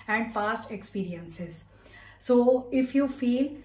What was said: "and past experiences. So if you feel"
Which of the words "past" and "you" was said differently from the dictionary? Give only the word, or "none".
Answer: past